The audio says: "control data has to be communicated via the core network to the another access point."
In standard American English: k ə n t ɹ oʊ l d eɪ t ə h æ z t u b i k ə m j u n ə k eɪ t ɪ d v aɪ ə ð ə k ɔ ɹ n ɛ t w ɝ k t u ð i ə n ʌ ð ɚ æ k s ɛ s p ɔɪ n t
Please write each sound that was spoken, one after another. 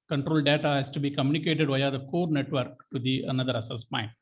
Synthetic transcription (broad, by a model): k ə n t ɹ oʊ l d eɪ t ə h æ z t u b i k ə m j u n ə k eɪ t ɪ d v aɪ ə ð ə k ɔ ɹ n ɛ t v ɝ k t u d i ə n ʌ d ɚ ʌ s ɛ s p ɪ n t